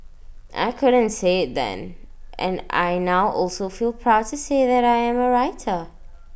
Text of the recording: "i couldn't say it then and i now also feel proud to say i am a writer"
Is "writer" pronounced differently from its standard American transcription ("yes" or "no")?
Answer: no